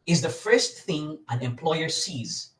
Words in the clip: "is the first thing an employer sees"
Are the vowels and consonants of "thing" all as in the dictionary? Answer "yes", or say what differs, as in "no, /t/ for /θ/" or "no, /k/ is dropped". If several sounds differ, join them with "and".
yes